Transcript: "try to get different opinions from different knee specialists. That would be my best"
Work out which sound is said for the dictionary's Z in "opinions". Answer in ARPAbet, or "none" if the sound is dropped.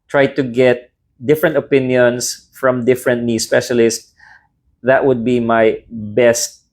S